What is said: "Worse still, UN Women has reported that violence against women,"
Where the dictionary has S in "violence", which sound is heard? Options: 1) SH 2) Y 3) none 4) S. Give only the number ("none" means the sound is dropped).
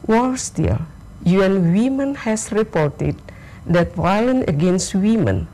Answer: 3